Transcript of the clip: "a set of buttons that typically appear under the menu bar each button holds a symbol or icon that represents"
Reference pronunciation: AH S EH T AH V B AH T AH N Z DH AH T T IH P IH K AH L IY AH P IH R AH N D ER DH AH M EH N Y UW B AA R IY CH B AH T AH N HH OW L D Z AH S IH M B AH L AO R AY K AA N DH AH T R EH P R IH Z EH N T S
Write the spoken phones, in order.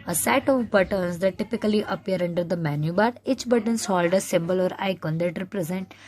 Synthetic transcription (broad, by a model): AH S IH T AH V B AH T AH N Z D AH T T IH P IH K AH L IY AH P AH R AH N D ER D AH M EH N Y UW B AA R IY CH B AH T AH N HH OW L D AH S IH M B AH L AO R AY K AA N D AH T R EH P R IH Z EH N T